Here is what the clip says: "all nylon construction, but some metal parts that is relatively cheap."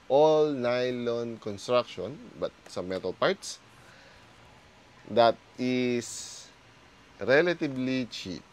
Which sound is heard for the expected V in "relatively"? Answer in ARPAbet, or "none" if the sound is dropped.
B